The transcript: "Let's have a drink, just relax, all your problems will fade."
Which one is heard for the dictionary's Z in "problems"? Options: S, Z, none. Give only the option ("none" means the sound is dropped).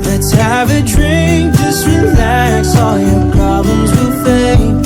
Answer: Z